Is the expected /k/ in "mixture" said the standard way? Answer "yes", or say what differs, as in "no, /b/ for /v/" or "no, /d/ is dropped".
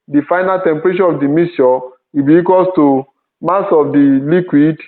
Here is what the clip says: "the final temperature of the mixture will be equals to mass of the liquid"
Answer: no, /k/ is dropped